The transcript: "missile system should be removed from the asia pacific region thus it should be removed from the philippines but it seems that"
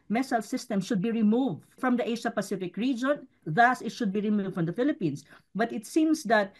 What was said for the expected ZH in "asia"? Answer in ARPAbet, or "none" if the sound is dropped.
SH